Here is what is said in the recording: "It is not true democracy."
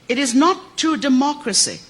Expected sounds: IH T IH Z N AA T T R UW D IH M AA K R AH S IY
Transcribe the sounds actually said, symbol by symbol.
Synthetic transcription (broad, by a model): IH T IH Z N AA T T UW D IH M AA K R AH S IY